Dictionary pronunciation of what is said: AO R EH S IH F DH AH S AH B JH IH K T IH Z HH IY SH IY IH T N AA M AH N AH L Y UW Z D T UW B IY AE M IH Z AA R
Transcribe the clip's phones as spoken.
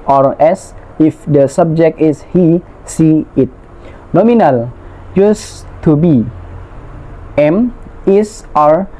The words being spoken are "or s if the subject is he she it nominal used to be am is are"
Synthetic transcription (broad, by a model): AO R EH S IH F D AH S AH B JH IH K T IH S HH IY S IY IH T N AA M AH N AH L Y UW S T UW B IY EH M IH S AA R